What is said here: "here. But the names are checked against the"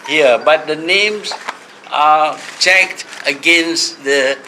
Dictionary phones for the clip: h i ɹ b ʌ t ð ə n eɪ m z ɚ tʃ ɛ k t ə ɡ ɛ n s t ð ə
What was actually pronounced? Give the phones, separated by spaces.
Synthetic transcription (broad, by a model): h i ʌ b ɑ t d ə n eɪ m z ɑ tʃ ɛ k t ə ɡ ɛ n s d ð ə